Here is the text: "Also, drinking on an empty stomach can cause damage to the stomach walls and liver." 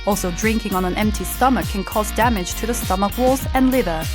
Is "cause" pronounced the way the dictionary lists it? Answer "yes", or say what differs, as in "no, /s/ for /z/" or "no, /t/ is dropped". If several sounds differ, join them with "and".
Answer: yes